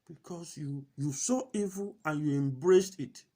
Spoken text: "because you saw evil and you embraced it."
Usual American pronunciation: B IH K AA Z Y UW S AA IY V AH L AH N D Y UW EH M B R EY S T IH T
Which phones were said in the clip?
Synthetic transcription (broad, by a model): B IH K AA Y Y UW S AA IY V AH L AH N Y UW EH M B R EY S T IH T